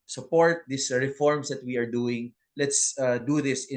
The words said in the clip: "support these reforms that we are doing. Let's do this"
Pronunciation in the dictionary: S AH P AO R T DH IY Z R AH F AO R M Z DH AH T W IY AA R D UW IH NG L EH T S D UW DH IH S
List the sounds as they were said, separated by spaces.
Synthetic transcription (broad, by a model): S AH P AO R T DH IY S R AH F AO R M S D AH T W IY AA R D UW IH NG L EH T S D UW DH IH S